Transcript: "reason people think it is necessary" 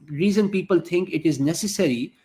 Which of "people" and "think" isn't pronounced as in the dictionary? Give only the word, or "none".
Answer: think